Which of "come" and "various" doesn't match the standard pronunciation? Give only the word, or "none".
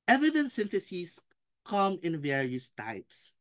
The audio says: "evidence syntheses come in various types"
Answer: none